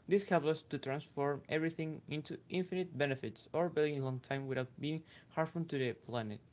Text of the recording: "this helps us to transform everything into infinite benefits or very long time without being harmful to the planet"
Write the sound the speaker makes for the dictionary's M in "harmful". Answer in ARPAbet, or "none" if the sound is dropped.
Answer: none